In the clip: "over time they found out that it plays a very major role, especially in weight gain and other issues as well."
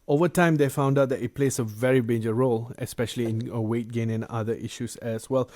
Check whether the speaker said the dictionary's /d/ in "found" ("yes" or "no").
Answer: yes